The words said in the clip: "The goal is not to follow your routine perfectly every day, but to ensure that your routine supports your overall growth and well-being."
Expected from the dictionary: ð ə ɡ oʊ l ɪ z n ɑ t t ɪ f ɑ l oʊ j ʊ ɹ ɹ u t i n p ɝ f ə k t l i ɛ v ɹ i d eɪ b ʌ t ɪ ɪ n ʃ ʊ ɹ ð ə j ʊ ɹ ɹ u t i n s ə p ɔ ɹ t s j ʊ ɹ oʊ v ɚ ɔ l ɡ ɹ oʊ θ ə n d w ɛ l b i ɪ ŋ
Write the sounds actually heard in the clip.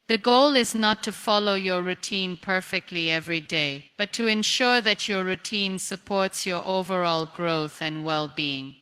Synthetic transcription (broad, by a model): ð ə ɡ oʊ l ɪ z n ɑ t t ɪ f ɑ l oʊ j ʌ ɹ ɹ u t i n p ɝ f ə k t l i ɛ v ɹ i d eɪ b ʌ t ɪ ɪ n ʃ ʊ ɹ ð ə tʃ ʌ ɹ ɹ u t i n s ə p ɔ ɹ t s j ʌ ɹ oʊ v ɚ ɔ l ɡ ɹ oʊ θ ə n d w ɛ l b i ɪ ŋ